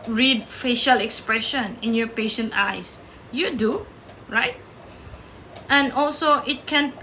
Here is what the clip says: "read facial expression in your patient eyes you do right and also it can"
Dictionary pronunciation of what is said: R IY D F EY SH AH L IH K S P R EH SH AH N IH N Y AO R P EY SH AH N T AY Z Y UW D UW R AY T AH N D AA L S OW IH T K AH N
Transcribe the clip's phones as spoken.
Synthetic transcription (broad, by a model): R IY D F EY SH AH L IH K S P R EH SH AH N IH N Y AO P EY SH AH N T AY S Y UW D UW R AY T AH N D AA L S OW IH T K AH N